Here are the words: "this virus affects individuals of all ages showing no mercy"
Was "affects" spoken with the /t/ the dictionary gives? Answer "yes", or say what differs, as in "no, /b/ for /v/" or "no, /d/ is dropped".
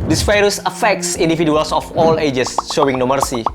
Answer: no, /s/ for /t/